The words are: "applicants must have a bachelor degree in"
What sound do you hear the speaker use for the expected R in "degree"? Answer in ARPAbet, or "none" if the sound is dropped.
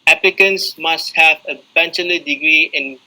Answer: R